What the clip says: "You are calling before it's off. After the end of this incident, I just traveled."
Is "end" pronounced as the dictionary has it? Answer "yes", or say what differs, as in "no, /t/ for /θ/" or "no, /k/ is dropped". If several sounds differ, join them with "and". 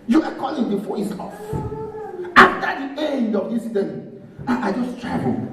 yes